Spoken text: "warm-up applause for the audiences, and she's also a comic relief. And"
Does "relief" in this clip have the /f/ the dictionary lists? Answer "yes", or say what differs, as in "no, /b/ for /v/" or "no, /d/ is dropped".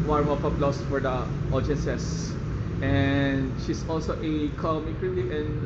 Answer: no, /f/ is dropped